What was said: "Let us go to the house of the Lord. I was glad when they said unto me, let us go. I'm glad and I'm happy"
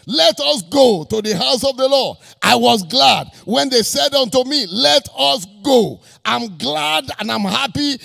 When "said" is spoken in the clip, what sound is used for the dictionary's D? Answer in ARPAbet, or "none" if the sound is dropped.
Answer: D